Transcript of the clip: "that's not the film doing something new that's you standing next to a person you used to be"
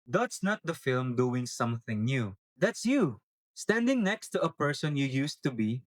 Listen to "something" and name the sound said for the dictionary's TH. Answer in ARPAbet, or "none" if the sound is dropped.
TH